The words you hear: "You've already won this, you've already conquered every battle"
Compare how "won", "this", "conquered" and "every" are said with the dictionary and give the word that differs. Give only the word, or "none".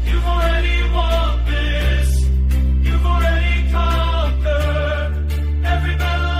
conquered